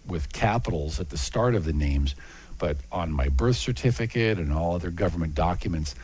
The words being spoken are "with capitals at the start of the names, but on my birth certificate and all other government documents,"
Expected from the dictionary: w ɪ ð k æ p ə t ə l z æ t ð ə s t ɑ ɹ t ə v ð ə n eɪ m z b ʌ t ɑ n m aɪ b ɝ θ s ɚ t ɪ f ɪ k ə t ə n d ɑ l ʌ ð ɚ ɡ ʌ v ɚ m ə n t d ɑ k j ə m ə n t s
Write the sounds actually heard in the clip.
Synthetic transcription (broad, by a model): w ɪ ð k æ p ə t l z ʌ t ð ə s t ɑ ɹ t ə v ð ə n eɪ m z b ʌ t n m aɪ b ɝ θ s ɚ t ɪ f ɪ k ə t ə n ɑ l ʌ ð ɚ ɡ ʌ v ɚ m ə n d ɑ k j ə m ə n t s